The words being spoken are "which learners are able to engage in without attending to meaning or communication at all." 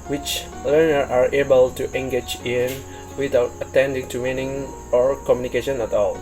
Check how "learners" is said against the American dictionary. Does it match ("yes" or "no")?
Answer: no